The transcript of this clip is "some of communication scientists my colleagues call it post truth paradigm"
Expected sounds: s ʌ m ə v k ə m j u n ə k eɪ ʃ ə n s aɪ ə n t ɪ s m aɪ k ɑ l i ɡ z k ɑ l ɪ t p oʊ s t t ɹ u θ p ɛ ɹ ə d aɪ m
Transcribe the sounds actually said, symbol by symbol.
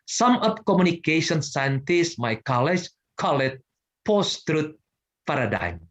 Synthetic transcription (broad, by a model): s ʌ m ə p k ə m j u n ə k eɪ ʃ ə n s aɪ ə n t ɪ s m aɪ k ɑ l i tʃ k ɑ l ɪ t p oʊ s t t ɹ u t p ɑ ɹ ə d aɪ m